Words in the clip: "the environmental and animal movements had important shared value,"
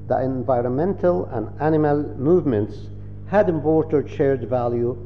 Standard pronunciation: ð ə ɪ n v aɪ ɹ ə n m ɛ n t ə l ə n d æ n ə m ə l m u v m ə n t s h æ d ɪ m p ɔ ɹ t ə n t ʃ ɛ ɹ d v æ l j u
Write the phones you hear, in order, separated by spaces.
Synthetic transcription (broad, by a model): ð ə ɪ n v aɪ ɹ ə n m ɛ n t ə l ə n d æ n ə m ə l m u v m ə n t s h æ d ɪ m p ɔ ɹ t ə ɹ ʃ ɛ ɹ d v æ l j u